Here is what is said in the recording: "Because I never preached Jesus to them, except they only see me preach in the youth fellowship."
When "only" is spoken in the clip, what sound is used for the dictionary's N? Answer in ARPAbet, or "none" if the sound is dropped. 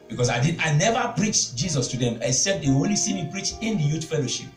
none